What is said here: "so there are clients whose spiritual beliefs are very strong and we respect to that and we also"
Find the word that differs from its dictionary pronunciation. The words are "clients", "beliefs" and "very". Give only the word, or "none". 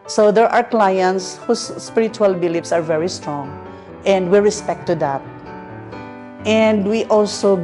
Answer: beliefs